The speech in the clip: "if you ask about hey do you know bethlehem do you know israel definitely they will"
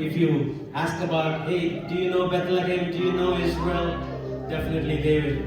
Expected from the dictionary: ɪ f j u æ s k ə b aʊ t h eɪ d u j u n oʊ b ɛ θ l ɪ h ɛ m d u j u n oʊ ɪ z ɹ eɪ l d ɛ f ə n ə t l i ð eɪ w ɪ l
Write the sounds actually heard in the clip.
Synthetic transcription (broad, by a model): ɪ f j u æ s k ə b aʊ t h eɪ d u j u n oʊ b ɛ t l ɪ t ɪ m d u j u n oʊ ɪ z w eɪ l d ɛ f ə n ə t l i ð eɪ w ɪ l